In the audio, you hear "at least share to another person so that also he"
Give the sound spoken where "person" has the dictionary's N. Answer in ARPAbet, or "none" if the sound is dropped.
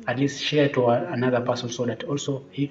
L